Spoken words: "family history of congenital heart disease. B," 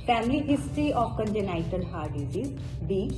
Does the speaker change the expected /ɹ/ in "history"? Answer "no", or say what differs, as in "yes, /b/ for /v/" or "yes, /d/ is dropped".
yes, /ɹ/ is dropped